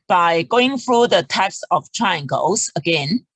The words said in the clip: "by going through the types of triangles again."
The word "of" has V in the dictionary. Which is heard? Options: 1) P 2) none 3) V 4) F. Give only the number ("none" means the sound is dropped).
4